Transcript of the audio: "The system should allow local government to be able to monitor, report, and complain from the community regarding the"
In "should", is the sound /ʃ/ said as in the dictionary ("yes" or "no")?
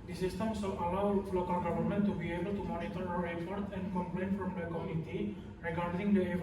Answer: no